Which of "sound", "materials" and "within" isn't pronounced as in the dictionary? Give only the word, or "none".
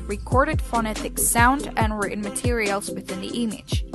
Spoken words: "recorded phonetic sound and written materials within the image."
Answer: none